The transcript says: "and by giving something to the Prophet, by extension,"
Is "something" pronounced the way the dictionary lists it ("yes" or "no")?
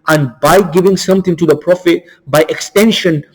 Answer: no